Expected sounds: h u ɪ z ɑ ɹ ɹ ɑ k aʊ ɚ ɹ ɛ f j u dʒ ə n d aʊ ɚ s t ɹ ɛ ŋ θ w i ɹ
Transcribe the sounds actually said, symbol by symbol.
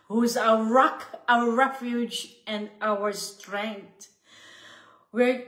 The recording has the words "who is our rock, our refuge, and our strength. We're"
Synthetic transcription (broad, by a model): h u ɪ z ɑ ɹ ɹ ɑ k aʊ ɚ ɹ ɛ f j u dʒ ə n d aʊ ɚ s t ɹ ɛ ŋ t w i ɹ